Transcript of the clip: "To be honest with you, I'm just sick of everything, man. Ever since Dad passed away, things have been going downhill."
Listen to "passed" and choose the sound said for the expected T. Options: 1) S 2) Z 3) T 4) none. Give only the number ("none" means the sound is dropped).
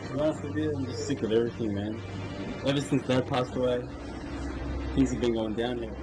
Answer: 3